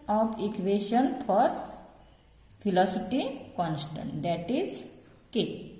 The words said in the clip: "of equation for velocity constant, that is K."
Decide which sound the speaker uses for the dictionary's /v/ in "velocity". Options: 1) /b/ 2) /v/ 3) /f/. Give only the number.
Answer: 3